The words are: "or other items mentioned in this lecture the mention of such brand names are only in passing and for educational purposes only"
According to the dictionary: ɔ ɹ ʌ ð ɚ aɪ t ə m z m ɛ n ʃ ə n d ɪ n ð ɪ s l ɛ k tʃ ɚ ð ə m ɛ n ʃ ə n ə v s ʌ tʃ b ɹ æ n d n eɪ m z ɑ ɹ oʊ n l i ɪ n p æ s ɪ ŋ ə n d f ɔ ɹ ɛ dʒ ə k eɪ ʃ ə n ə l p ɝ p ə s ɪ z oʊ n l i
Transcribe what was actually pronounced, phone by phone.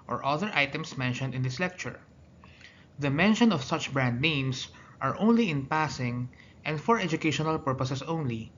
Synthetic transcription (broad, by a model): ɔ ɹ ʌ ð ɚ aɪ t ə m s m ɛ n ʃ ə n d ɪ n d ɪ s l ɛ k tʃ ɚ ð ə m ɛ n ʃ ə n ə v s ʌ tʃ b ɹ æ n d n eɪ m s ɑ ɹ oʊ n l i ɪ n p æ s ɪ ŋ ə n d f ɔ ɹ ɛ dʒ ə k eɪ ʃ ə n ə l p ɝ p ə s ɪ s oʊ n l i